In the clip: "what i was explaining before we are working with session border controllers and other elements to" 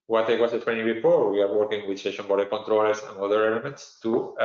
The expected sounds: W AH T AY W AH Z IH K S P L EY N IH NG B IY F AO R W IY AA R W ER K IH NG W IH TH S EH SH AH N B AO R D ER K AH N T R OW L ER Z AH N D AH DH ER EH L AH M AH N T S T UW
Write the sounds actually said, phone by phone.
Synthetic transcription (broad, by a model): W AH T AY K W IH S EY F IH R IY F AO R W IY AA R W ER K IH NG W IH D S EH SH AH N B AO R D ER K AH N T R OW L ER S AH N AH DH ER EH L AH M AH N T S T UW